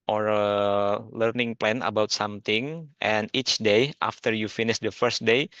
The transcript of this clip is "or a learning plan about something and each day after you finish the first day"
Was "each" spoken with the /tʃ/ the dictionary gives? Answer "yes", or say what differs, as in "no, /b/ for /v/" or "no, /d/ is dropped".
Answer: yes